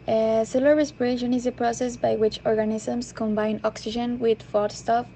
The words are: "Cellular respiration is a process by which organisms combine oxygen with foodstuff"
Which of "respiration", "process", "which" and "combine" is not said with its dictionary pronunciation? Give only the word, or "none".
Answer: none